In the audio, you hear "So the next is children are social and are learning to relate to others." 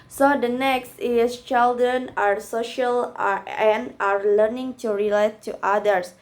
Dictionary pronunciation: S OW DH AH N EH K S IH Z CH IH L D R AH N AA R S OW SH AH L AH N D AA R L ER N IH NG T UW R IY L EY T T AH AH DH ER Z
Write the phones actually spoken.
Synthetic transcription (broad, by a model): S OW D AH N EH K S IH S CH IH L D R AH N AA R S OW SH AH L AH N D AA R L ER N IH NG T UW R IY L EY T T AH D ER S